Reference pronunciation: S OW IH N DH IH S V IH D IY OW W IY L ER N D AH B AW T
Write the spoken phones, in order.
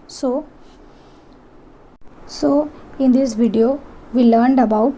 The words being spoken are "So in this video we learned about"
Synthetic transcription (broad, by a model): S OW IH N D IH S V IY D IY OW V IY L ER N D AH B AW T